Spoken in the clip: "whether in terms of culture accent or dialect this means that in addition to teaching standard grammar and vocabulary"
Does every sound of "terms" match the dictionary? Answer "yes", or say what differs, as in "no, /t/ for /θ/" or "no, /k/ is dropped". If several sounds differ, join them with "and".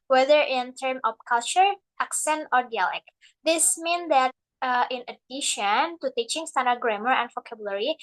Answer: no, /z/ is dropped